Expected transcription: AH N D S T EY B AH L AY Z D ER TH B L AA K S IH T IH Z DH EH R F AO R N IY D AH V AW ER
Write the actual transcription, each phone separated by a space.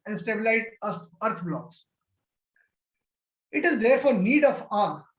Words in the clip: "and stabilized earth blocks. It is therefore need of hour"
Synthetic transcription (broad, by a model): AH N S T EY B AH L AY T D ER T B L AA K S IH T IH Z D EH R F AO R N IY D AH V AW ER